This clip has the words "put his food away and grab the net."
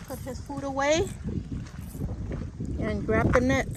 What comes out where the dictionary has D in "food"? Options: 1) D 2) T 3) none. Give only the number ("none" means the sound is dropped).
1